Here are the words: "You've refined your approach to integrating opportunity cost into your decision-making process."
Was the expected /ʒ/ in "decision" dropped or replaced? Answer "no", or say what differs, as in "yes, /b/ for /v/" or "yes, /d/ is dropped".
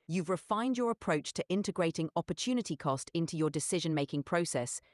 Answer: no